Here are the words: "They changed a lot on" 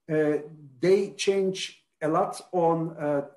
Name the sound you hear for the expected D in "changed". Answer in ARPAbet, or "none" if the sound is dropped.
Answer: none